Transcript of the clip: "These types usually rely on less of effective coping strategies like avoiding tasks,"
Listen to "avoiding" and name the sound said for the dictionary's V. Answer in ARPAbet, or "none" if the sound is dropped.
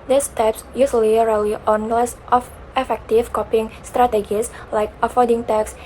F